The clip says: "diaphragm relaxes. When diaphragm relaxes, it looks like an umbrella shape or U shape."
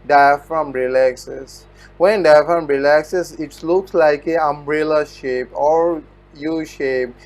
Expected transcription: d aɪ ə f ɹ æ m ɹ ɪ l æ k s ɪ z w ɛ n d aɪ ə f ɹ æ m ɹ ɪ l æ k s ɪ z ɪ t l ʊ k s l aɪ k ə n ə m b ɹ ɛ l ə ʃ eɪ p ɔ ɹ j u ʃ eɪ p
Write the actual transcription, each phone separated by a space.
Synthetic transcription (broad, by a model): d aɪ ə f ɹ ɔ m ɹ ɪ l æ k s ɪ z w ɛ n d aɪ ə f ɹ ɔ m ɹ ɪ l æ k s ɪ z ɪ t l ʊ k s l aɪ k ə ə m b ɹ ɛ l ə ʃ eɪ p ɔ ɹ j u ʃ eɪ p